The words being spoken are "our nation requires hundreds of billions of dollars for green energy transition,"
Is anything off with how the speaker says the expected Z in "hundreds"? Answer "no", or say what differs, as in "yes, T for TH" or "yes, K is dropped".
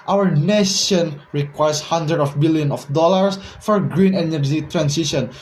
yes, Z is dropped